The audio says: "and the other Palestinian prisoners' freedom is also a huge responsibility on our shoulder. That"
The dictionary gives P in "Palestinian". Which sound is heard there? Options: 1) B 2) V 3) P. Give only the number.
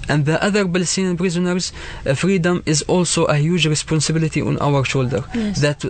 1